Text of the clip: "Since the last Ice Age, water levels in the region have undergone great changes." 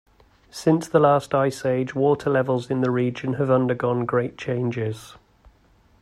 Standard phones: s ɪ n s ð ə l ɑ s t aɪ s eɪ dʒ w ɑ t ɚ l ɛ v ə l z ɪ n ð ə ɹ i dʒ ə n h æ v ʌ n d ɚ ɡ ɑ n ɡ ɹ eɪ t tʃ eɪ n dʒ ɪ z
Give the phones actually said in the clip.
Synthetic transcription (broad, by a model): s ɪ n s ð ə l ɑ s t aɪ s eɪ dʒ w ɑ t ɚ l ɛ v ə l z ɪ n ð ə ɹ i dʒ ə n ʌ v ʌ n d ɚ ɡ ɑ n ɡ ɹ eɪ t tʃ eɪ n dʒ ɪ z